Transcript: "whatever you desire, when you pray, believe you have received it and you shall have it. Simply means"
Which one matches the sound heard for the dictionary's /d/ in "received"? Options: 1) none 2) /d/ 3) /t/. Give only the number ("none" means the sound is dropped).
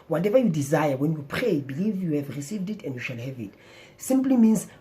2